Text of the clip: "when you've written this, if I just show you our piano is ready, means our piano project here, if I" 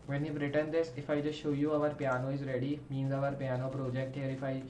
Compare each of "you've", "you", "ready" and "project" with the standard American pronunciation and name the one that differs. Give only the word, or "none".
you've